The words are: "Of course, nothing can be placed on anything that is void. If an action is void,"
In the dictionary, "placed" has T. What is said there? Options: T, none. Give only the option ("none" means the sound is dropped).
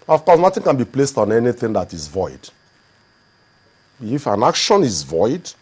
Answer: T